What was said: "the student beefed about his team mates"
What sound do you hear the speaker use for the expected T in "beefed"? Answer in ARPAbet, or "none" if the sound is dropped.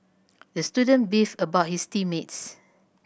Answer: none